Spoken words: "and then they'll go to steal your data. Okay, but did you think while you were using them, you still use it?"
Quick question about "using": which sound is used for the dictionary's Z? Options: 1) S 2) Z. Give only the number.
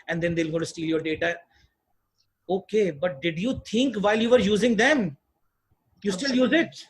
2